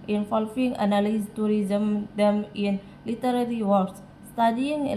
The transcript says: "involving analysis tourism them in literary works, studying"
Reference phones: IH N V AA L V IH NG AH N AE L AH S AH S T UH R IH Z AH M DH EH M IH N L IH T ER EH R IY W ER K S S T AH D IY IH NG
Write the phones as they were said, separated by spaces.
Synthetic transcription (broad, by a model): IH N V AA L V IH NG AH N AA L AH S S T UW R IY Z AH M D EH M IH N L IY T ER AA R IY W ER S S T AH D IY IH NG